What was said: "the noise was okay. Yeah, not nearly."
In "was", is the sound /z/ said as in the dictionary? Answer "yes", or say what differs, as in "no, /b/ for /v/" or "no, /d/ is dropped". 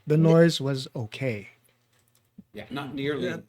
yes